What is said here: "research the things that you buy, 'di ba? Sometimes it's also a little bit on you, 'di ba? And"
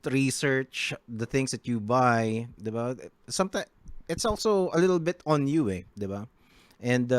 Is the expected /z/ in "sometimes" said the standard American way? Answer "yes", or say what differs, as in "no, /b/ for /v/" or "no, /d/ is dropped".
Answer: no, /z/ is dropped